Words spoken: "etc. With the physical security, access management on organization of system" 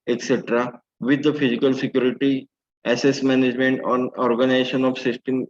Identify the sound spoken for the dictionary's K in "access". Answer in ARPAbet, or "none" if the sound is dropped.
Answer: none